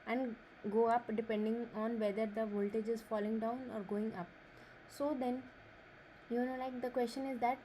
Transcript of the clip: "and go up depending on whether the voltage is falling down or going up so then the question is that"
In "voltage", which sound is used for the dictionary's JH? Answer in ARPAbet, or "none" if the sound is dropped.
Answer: JH